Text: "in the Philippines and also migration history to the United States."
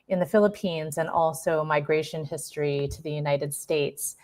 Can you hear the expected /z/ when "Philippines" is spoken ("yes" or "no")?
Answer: yes